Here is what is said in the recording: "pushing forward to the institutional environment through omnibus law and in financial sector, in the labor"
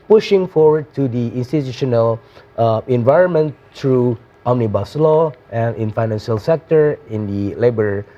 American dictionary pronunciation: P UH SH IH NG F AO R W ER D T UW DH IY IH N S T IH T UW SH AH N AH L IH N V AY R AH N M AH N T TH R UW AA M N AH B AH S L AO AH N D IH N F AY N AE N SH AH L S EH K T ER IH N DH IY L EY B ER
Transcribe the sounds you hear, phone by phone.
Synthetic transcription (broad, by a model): P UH SH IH NG F AO R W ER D T UW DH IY IH N S T IH T UW SH AH N AH L IH N V AY R AH N M AH N T R UW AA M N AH B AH S L AO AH N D IH N F AY N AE N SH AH L S EH K T ER IH N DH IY L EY B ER